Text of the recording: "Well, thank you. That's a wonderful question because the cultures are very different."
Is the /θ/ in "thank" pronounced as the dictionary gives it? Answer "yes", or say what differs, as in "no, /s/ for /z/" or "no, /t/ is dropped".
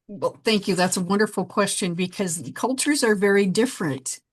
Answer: yes